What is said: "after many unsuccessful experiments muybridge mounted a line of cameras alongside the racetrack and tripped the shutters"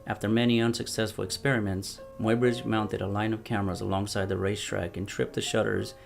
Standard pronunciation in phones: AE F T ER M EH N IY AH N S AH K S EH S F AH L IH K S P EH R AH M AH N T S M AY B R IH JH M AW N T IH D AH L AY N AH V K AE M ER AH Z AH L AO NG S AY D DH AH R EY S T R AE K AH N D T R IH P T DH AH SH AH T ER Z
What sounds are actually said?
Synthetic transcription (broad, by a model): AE F T ER M EH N IY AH N S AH K S EH S F L IH K S P EH R AH M AH N T S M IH B R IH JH M AW N T IH D AH L AY N AH V K AE M ER AH Z AH L AO NG S AY D DH AH R EY S T R AE K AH N T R IH P DH AH SH AH T ER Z